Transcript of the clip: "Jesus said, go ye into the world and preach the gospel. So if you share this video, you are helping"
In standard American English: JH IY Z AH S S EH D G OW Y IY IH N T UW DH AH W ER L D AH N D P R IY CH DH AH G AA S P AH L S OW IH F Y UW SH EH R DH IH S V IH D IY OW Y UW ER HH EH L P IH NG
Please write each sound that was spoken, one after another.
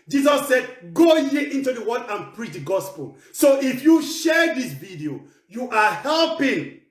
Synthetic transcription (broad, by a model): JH IY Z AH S S EH D G OW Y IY IH N T UW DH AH W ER D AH N P R IY CH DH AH G AA S P AH L S OW IH F Y UW SH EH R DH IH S V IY D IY OW Y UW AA HH EH L P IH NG